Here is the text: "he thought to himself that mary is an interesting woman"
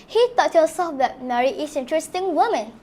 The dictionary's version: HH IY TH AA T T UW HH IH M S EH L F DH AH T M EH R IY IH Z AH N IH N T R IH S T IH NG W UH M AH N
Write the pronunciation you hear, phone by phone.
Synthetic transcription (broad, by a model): HH IY T AA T T UW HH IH S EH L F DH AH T M EH R IY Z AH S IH N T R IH S T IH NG W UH M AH N